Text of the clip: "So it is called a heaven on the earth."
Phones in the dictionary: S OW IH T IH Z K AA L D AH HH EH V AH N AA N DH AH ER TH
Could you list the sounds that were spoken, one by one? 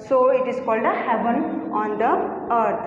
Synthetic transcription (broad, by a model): S OW IH T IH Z K AA L D AH HH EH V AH N AA N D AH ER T